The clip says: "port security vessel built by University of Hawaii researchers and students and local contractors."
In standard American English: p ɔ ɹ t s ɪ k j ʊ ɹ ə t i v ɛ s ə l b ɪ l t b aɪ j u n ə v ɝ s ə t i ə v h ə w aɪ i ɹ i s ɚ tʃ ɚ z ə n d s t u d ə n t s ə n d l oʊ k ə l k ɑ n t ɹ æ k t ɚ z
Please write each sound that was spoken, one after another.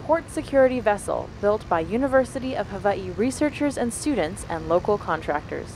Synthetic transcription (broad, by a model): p ɔ ɹ t s ɪ k j ʊ ɹ ə t i v ɛ s l b ɪ l t b aɪ j u n ə v ɝ s ə t i ə v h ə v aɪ i ɹ i s ɚ tʃ ɚ z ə n s t u d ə n t s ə n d l oʊ k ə l k ɑ n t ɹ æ k t ɚ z